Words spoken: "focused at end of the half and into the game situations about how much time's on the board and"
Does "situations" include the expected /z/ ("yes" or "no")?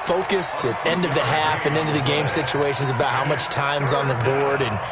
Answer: yes